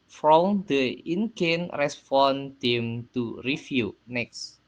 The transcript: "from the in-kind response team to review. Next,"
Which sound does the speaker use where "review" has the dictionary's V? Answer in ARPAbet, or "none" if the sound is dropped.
F